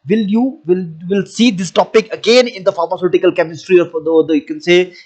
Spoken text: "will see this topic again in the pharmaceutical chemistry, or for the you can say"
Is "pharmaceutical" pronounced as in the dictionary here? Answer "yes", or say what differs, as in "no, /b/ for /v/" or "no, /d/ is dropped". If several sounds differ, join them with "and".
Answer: yes